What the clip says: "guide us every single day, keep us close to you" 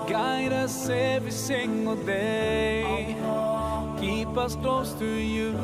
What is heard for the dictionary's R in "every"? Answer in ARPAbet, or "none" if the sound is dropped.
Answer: none